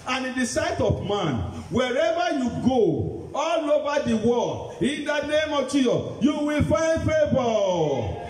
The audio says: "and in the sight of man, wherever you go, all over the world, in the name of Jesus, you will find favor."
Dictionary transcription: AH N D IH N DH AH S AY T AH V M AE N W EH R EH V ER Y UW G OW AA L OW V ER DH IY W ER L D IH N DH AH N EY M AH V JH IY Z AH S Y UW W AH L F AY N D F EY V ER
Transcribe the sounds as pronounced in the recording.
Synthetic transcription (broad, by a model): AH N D IH N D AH S AY T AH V M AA N W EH R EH V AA Y UW G OW AA L OW V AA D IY W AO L IH N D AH N EY M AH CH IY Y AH Y UW W AH L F AY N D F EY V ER